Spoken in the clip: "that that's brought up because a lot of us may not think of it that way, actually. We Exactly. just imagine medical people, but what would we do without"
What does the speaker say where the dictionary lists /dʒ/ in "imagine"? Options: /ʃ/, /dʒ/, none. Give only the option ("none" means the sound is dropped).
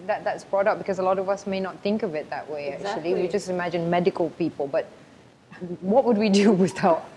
/dʒ/